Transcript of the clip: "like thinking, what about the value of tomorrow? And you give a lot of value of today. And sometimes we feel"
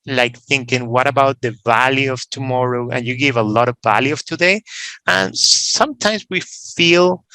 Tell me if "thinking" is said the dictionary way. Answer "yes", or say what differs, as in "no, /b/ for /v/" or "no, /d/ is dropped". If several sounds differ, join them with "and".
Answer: yes